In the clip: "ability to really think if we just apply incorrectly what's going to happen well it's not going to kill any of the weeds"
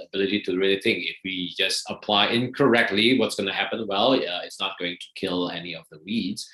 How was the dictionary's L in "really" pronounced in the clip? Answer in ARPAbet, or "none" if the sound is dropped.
N